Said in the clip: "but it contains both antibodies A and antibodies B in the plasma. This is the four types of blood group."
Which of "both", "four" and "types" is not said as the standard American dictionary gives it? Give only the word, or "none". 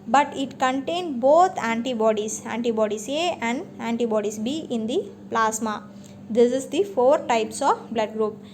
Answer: both